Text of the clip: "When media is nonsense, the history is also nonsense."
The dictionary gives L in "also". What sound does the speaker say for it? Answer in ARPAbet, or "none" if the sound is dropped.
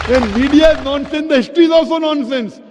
L